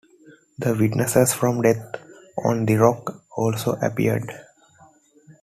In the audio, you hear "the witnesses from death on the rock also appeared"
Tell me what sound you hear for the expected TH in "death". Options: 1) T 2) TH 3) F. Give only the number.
1